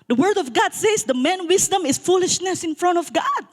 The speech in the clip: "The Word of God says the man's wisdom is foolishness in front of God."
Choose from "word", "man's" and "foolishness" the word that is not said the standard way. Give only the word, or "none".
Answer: man's